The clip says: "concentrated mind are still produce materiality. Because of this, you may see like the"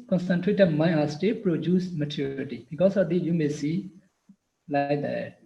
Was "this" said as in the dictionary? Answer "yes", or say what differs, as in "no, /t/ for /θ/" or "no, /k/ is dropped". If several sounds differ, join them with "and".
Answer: no, /s/ is dropped